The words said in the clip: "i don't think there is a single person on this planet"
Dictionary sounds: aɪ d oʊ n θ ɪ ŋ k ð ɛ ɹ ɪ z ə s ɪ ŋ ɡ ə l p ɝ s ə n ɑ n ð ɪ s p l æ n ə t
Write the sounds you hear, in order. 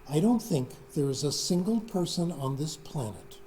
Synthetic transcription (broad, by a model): aɪ d oʊ n θ ɪ ŋ k ð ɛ ɹ ɪ z ə s ɪ ŋ ɡ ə l p ɝ s ə n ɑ n ð ɪ s p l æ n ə t